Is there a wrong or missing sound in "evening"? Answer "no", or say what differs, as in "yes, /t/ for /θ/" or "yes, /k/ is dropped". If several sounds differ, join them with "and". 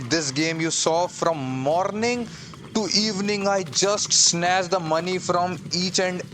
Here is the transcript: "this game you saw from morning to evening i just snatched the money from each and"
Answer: no